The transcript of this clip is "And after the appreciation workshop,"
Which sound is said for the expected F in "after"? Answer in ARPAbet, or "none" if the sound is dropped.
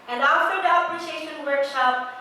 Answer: none